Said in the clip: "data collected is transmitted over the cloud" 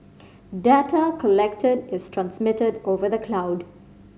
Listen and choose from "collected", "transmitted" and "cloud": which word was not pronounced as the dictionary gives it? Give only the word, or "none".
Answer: none